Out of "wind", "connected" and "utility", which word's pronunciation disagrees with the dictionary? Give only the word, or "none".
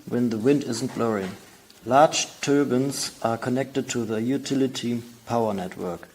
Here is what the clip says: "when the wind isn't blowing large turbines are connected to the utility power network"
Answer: none